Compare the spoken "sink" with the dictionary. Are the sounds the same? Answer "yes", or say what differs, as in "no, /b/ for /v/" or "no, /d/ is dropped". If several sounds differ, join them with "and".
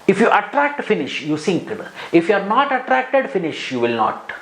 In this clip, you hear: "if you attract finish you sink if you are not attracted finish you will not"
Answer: yes